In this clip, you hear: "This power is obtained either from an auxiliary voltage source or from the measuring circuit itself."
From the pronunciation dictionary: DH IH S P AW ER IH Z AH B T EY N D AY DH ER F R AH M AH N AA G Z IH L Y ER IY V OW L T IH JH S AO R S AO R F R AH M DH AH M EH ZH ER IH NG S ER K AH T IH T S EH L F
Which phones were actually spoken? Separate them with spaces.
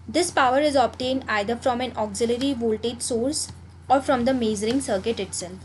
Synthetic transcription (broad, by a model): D IH S P AW ER IH Z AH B T EY N D AY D ER F R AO M AH N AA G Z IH L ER IY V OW L T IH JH S AO R S AO R F R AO M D AH M EH Z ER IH NG S ER K AH T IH T S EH L F